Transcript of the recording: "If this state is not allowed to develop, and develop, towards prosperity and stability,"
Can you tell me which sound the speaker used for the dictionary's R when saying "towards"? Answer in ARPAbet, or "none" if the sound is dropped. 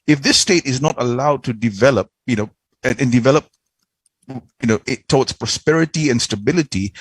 W